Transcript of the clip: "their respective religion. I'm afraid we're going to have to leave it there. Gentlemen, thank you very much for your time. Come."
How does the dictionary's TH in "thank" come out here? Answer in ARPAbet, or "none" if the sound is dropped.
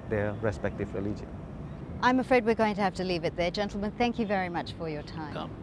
TH